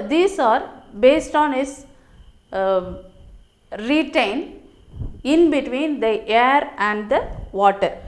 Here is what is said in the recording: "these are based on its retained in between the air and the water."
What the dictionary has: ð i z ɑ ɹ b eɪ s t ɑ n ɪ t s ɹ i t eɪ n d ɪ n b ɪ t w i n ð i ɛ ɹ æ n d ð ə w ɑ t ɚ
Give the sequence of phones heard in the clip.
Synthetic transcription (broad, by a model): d i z ɑ ɹ b eɪ s t ɑ n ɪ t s ɹ i t eɪ n d ɪ n b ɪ t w i n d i ɛ ɹ æ n d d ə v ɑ t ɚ